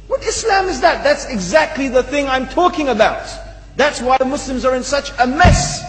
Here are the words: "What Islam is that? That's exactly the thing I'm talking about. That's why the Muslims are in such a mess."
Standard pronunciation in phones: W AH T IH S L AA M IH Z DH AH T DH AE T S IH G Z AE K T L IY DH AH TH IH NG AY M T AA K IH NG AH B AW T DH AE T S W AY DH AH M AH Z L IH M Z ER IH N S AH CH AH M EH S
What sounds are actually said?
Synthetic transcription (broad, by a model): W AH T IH S L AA M IH Z DH AH T DH AE T S IH G Z AE K T L IY DH AH TH IH NG AY M T AA K IH NG AH B AW T DH AE T S W AY DH AH M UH S L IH M Z ER IH N S AH CH AH M EH S